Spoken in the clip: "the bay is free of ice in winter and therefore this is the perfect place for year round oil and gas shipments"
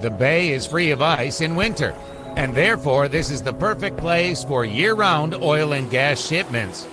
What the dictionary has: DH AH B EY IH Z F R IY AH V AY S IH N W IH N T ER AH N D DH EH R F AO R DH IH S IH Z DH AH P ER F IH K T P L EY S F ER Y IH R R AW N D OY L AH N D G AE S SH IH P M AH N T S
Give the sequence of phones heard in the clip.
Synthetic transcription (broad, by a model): DH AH B EY IH Z F R IY AH V AY S IH N W IH N T ER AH N DH EH R F AO R DH IH S IH Z DH AH P ER F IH K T P L EY S F ER Y IH R R AW N D OY L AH N G AE S SH IH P M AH N T S